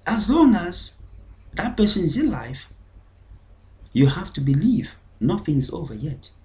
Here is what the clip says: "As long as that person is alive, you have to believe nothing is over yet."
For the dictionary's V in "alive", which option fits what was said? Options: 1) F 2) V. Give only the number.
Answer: 1